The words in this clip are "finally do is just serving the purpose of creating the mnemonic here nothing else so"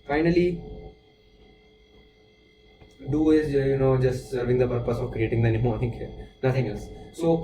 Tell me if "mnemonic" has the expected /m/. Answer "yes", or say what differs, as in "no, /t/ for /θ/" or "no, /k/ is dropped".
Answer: no, /m/ is dropped